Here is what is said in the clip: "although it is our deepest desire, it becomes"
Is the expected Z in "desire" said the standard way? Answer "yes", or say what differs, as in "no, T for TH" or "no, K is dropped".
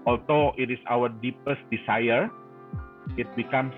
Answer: no, S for Z